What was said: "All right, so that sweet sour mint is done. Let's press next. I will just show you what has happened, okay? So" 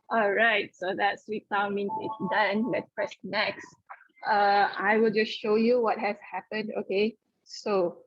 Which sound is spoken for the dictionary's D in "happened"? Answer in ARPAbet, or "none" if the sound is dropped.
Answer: D